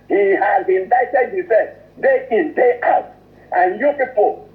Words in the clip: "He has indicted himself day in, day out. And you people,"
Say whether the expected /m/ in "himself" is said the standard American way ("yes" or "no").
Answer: no